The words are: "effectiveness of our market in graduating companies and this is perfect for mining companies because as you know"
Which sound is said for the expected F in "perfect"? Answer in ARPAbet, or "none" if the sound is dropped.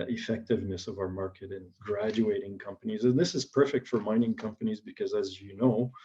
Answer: F